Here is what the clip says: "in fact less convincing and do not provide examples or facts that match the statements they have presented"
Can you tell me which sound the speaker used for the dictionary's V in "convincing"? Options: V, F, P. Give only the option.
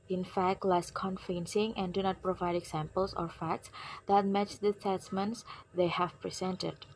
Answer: F